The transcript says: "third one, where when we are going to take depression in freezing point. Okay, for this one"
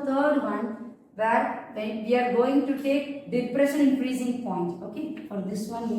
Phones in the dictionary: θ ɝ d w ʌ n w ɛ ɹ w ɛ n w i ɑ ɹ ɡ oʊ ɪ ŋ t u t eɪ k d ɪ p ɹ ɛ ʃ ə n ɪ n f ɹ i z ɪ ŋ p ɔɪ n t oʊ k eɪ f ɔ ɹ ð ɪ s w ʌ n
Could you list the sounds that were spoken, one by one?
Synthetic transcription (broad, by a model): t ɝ d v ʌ n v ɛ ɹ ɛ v i ɑ ɹ ɡ oʊ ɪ ŋ t u t eɪ k d ɪ p ɹ ɛ ʃ ə n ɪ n p ɹ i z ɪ ŋ p ɔɪ n t oʊ k eɪ f ɔ ɹ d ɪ s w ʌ n